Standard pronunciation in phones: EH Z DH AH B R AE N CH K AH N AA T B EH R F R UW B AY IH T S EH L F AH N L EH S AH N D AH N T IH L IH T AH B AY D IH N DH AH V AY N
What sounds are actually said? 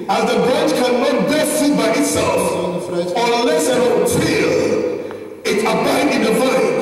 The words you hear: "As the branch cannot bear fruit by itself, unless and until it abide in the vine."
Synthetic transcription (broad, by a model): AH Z DH AH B R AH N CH K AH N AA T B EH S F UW B AY IH T S EH L F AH L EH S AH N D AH T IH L IH T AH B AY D IH N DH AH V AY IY